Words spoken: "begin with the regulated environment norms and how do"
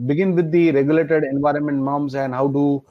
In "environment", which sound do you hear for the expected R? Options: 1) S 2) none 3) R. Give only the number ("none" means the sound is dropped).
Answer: 3